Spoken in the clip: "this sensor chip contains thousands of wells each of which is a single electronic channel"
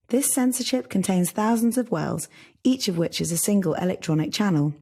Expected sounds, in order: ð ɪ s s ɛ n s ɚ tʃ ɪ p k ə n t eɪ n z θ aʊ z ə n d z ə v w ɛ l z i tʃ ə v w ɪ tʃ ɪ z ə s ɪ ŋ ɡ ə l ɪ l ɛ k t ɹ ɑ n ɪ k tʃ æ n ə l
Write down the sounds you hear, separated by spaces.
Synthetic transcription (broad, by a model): ð ɪ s s ɛ n s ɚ ʃ ɪ p k ə n t eɪ n z θ aʊ z ə n d z ə v w ɛ l z i tʃ ə v w ɪ tʃ ɪ z ə s ɪ ŋ ɡ ə l ɪ l ɛ k t ɹ ɑ n ɪ k tʃ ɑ n ə l